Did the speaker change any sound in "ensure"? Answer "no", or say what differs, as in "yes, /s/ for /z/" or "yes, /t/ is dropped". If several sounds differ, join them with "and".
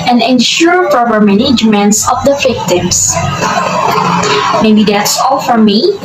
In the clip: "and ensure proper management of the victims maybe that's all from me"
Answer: no